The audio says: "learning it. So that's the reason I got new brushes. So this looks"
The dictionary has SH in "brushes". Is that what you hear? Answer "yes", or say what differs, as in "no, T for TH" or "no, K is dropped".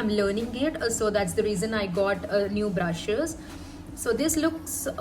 yes